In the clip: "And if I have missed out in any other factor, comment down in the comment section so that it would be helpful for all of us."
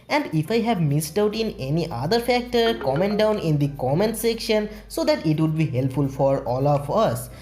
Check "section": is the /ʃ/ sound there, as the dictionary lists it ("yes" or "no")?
yes